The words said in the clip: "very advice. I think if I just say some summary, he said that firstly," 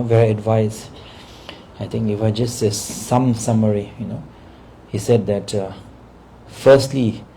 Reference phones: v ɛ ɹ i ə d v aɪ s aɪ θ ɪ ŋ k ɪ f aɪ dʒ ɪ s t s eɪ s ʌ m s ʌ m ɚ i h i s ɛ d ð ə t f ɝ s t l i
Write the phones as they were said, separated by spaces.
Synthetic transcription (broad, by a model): v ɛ ɹ i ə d v aɪ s aɪ t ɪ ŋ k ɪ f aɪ dʒ ɪ s t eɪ s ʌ m s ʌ m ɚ i h i s ɛ d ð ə t f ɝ s t l i